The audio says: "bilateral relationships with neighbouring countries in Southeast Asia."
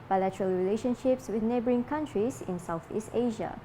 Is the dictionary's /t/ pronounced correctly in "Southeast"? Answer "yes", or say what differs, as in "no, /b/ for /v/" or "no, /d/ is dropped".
yes